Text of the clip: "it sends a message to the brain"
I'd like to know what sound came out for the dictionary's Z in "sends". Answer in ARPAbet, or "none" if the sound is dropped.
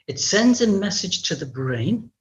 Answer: Z